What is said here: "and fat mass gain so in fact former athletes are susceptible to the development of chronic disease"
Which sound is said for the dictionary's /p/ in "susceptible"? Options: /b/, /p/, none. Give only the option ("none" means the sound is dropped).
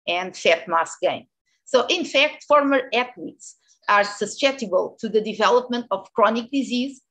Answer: none